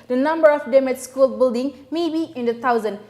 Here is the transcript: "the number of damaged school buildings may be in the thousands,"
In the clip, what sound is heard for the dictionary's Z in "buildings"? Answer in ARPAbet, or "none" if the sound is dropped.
none